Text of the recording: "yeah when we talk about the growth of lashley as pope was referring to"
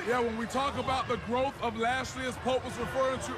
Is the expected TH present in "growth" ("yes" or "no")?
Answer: yes